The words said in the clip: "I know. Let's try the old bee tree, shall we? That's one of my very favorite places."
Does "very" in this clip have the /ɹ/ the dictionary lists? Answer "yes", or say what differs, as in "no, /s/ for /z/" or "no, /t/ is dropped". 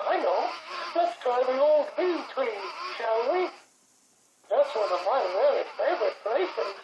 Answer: no, /l/ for /ɹ/